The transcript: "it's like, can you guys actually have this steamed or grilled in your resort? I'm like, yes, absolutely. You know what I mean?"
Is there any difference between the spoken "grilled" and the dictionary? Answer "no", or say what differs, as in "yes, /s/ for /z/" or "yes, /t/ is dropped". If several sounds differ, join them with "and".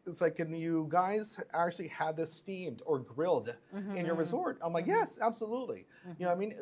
no